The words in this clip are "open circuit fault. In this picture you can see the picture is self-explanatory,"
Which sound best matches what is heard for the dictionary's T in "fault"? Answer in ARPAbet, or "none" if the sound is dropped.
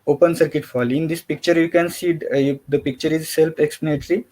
none